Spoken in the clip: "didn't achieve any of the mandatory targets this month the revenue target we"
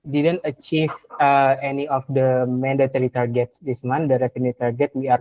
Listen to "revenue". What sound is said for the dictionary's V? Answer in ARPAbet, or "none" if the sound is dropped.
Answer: F